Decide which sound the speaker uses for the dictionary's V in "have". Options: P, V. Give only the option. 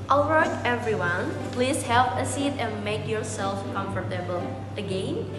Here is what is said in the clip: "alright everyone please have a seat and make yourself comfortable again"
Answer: P